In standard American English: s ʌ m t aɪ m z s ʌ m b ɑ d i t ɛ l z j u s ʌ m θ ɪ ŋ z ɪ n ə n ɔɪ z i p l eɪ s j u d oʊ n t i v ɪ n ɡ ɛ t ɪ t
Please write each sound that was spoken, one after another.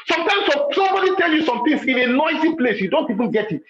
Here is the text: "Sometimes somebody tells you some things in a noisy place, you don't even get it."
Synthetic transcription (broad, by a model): s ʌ m t aɪ m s s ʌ m b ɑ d i t ɛ l j u s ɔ m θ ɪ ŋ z ɪ n ə n ɔɪ z i p l eɪ s j u d oʊ n t i v ɪ n ɡ ɛ t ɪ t